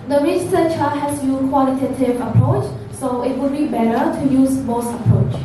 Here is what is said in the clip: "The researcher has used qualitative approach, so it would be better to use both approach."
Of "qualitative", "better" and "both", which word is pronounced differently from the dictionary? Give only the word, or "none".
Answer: both